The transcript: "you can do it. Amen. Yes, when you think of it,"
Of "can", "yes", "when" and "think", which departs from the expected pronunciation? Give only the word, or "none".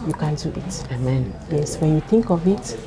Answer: think